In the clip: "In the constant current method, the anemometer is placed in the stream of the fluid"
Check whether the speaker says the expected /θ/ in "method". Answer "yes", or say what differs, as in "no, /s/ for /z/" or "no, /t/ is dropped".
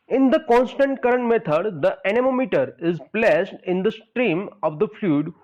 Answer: no, /t/ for /θ/